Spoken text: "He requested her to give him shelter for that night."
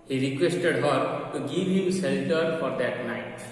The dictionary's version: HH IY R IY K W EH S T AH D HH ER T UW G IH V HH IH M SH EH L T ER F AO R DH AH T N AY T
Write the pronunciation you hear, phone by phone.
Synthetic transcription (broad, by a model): HH IY R IY K W EH S T AH D HH ER T UW G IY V HH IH M S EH L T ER F AO R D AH T N AY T